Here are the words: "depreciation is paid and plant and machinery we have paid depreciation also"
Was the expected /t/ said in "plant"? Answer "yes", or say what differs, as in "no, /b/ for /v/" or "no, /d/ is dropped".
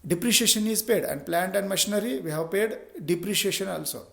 yes